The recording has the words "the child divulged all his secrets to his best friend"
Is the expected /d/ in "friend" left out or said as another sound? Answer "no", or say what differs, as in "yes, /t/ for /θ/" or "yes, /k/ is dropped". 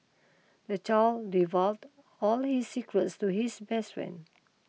yes, /d/ is dropped